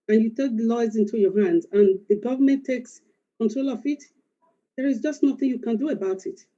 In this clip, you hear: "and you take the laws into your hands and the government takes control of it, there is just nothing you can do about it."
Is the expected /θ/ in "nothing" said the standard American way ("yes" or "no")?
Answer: yes